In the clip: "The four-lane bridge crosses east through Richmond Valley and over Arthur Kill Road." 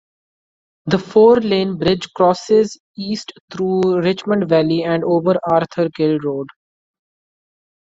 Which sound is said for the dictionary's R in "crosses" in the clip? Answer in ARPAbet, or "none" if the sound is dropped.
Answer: R